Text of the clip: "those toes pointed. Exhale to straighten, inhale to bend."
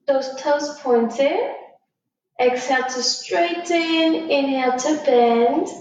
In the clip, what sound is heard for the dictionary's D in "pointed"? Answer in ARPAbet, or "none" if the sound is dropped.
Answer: none